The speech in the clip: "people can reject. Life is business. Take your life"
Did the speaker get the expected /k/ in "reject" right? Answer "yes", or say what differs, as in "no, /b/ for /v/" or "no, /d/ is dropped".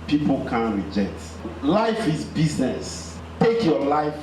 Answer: yes